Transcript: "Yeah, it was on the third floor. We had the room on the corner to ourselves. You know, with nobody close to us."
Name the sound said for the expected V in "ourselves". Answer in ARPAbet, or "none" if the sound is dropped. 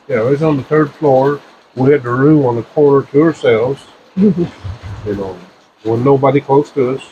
V